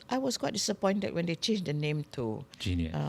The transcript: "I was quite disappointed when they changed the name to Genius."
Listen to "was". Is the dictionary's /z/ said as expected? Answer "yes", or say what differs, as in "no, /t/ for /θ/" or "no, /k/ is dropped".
no, /s/ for /z/